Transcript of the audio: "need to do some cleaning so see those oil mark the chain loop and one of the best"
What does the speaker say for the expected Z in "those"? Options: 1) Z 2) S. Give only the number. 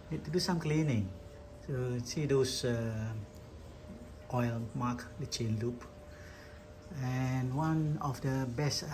2